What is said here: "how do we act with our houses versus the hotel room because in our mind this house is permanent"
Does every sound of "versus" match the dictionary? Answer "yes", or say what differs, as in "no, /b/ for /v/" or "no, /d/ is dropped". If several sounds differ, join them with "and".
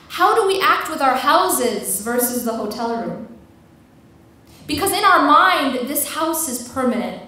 yes